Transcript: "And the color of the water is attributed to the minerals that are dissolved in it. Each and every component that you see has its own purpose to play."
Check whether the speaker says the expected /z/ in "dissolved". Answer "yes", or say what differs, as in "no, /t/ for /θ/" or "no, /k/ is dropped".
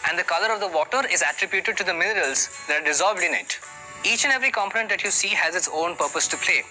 yes